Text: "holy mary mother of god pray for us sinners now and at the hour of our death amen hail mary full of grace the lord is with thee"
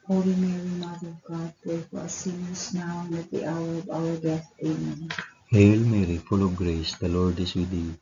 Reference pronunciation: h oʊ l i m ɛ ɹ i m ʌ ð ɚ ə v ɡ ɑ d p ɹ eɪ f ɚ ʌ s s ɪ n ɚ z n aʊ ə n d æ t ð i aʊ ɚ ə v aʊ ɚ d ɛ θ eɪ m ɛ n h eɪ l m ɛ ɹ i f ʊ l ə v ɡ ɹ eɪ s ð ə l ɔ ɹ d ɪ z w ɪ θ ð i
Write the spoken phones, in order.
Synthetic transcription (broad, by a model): h oʊ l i m ɛ ɹ i m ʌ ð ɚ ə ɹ ɡ ɑ d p eɪ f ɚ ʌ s s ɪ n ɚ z n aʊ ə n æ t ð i aʊ ɚ ə v aʊ ɚ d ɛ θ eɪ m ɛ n h eɪ l m ɛ ɹ i f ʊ l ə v ɡ ɹ eɪ s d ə l ɔ ɹ d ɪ s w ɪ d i